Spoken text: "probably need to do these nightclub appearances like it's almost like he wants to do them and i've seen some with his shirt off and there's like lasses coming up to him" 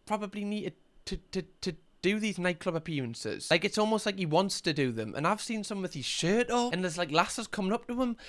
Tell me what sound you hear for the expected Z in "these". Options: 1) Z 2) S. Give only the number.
1